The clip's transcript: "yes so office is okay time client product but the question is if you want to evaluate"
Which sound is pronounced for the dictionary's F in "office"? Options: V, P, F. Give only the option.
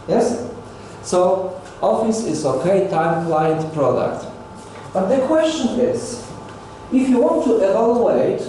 F